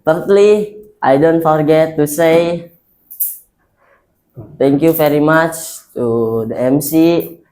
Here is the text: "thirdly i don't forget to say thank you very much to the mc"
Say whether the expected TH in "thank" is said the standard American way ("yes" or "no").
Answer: no